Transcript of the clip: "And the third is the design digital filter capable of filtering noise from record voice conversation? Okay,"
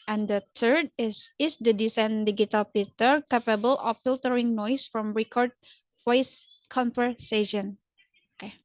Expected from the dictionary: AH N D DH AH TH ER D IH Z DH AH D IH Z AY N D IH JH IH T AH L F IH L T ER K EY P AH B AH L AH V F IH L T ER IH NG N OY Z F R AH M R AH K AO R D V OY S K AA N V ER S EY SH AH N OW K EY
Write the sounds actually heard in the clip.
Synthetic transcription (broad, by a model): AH N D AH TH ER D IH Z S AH D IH S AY N D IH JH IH T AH L P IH T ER K EY P AH B AH L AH F F IH L T ER IH NG N OY S F R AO M R AH K AO R D F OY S K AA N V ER S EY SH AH N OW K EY